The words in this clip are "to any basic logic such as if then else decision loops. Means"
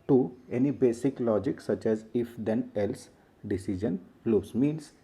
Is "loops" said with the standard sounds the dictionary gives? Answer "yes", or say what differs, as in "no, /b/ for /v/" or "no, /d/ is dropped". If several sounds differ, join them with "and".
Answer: no, /p/ is dropped